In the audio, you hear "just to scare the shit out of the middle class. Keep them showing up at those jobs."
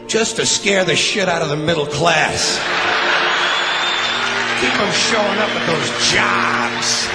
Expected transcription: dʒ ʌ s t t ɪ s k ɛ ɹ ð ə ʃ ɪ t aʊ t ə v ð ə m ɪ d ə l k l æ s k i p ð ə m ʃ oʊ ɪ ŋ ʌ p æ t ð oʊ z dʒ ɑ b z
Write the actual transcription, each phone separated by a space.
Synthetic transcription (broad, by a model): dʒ ʌ s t t ɪ s k ɛ ɹ ð ə ʃ ɪ t aʊ t ə v ð ə m ɪ d l k l æ s k i p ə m ʃ oʊ ɪ ŋ ʌ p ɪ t ð oʊ z dʒ ɑ b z